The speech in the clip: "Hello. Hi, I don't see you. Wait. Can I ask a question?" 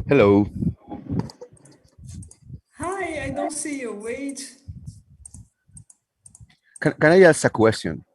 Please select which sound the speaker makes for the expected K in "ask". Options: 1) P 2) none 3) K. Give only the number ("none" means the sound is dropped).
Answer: 2